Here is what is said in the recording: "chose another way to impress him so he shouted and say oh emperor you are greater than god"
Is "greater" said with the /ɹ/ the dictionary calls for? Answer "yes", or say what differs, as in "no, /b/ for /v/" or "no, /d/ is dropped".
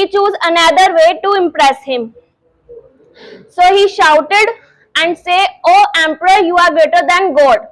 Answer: no, /ɹ/ is dropped